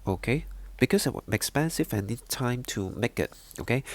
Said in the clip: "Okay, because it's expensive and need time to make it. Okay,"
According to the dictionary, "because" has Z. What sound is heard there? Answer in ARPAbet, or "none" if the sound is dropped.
S